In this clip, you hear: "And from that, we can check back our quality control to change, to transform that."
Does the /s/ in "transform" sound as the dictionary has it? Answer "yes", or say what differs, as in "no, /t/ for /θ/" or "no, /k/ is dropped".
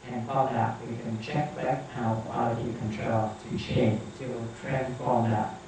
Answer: no, /s/ is dropped